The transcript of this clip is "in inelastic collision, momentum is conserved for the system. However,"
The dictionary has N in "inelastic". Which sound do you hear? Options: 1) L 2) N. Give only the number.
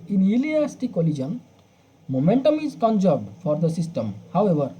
1